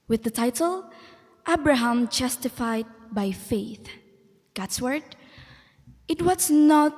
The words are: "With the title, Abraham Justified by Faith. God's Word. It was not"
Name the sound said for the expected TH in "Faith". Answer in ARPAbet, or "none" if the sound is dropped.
TH